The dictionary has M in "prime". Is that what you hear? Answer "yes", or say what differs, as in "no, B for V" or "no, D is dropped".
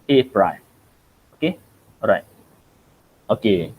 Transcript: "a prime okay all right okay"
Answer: no, M is dropped